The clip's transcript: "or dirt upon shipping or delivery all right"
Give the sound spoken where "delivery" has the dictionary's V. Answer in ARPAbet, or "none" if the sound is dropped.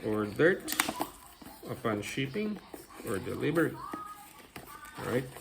B